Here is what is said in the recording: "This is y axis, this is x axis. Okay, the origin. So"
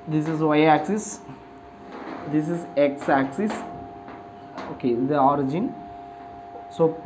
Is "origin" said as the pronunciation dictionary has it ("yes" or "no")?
yes